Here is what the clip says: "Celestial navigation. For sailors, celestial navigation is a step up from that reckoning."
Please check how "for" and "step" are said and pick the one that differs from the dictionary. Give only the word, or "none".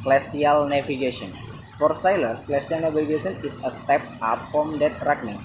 none